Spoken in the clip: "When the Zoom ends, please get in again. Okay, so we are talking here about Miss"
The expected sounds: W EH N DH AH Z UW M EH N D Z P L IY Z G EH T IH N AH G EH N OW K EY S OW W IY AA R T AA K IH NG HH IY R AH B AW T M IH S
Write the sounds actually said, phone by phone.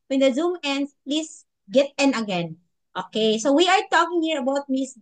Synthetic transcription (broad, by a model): W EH N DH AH Z UW M EH N D S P L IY S G EH T IH N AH G EH N OW K EY S OW W IY AA R T AA K IH NG HH IY R AH B AW T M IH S